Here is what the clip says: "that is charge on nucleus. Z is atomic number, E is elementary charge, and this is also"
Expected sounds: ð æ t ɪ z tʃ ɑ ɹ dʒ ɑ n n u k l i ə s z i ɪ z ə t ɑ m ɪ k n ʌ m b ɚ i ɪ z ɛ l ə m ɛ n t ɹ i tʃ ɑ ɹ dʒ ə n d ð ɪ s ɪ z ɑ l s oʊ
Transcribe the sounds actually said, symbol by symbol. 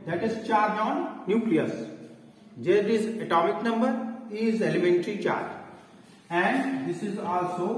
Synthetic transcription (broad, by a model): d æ t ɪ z tʃ ɑ ɹ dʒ ɑ n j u k l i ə s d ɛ ɪ z ə t ɑ m ɪ k n ʌ m b ɚ i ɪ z ɛ l ə m ɛ n t ɹ i tʃ ɑ ɹ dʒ ə n d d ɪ s ɪ z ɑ l s oʊ